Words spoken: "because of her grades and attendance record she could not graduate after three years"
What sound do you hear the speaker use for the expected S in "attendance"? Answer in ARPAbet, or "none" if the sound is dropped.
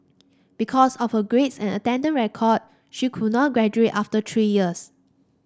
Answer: none